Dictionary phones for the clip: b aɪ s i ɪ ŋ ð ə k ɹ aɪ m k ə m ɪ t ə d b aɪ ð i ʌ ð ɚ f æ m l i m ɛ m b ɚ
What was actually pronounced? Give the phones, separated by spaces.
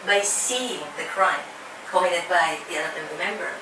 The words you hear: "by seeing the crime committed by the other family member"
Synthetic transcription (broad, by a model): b aɪ s i ɪ ŋ ð ə k ɹ aɪ m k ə ɪ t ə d b aɪ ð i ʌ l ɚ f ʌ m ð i m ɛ m b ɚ